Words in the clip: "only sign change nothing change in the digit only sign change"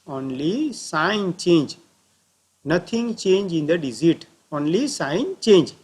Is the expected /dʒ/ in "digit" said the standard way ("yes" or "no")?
no